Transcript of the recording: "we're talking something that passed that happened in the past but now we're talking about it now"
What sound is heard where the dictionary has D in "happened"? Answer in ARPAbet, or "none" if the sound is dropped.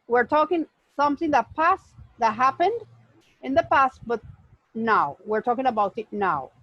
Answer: D